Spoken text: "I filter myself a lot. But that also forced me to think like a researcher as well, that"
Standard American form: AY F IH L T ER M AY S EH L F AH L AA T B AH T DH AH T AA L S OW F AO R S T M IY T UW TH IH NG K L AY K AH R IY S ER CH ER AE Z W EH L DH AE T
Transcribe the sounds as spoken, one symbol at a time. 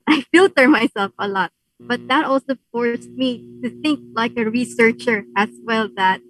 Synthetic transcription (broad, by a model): AY F IH L T ER M AY S EH L F AH L AA T B AH T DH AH T AA L S OW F AO R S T M IY T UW TH IH NG K L AY K AH R IY S ER CH ER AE S W EH L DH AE T